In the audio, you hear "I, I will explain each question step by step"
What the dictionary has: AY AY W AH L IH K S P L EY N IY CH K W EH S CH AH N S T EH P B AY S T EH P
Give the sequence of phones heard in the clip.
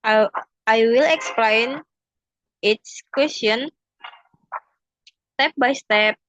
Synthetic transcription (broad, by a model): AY AY W AH L IH K S P L EY N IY S K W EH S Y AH N S T EH P B AY S T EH P